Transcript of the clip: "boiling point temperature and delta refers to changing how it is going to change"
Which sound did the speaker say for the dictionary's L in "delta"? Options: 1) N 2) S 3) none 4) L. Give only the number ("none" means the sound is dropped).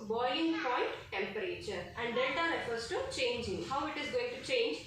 3